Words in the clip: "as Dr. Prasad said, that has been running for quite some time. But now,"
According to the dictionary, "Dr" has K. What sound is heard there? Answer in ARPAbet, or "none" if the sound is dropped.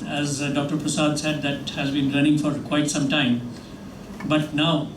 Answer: K